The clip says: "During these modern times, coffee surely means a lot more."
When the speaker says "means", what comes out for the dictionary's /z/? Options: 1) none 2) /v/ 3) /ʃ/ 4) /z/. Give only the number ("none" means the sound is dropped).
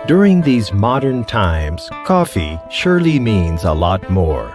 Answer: 4